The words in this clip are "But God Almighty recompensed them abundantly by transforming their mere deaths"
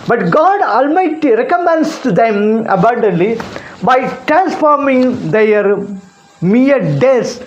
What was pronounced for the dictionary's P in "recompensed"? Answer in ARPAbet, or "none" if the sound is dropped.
none